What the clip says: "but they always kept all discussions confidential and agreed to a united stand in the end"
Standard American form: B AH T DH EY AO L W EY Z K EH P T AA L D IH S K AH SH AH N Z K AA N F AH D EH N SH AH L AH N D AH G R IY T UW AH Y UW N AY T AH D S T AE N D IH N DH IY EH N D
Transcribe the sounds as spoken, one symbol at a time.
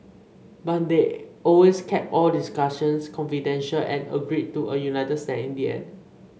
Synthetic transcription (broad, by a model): B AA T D EY AO L W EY S K EH P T AA L D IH S K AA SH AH N S K AA N F AH D EH N SH AH L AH N AH G R IY T UW AH Y UW N AY T AH D S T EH IH N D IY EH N